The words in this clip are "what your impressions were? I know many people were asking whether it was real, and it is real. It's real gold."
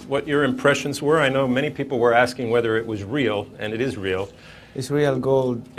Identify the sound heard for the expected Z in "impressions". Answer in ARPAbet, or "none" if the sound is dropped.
Z